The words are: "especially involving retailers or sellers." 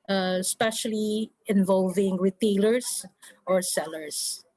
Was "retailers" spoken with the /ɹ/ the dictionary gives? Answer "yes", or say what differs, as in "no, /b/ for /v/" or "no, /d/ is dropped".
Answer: no, /w/ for /ɹ/